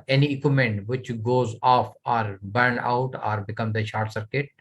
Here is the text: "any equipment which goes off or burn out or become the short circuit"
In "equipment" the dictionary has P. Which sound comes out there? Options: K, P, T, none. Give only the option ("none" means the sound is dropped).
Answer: none